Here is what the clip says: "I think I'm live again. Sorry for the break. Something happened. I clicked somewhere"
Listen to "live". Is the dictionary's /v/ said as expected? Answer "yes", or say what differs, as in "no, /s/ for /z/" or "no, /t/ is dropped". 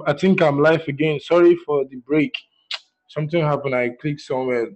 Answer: no, /f/ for /v/